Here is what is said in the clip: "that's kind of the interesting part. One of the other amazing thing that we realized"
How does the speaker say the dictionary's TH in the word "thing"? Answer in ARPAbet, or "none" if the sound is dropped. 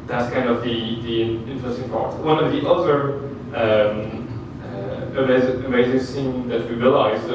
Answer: S